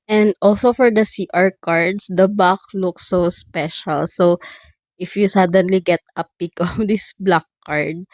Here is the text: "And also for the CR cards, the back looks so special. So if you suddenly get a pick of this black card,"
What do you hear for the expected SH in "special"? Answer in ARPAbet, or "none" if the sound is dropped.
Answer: SH